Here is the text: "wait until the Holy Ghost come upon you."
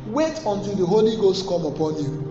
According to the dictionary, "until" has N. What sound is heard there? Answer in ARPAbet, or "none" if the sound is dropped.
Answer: N